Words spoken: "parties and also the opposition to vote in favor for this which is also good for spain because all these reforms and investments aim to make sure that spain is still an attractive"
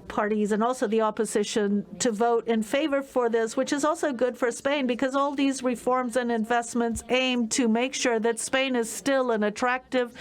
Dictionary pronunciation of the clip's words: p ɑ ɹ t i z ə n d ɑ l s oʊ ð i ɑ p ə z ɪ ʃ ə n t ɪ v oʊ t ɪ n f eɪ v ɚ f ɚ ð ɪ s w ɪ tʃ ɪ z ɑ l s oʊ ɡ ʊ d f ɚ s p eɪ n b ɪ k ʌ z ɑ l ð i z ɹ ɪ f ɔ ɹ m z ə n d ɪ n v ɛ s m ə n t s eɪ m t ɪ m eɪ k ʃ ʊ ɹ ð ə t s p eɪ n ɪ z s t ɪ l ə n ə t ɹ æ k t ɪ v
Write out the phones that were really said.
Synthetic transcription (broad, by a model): p ɑ ɹ t i z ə n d ɑ l s oʊ ð i ɑ p ə z ɪ ʃ ə n t ɪ v oʊ t ɪ n f eɪ v ɚ f ɚ ð ɪ s w ɪ tʃ ɪ z ɑ l s oʊ ɡ ʊ d f ɚ s p eɪ n b ɪ k ʌ z ɑ l ð i z ɹ ɪ f ɔ ɹ m z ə n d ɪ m v ɛ s m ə n t s eɪ m t ɪ m eɪ k ʃ ʊ ɹ ð ə t s p eɪ n ɪ z s t ɪ l ə n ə t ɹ æ k t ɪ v